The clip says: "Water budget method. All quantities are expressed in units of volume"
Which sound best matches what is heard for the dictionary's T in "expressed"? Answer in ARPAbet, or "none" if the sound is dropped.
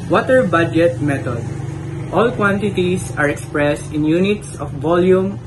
T